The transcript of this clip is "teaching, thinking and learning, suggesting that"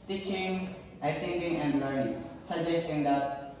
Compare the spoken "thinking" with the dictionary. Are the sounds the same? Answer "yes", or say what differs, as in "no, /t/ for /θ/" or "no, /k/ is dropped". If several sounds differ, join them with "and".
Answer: no, /t/ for /θ/